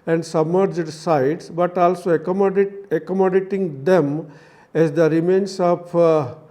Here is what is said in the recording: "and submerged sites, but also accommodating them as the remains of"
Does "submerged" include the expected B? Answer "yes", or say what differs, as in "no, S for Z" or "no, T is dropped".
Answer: yes